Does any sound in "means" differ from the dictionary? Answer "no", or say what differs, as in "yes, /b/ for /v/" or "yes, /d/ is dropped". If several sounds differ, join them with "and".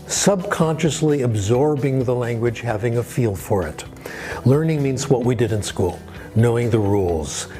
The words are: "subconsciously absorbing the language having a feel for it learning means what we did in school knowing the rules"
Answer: no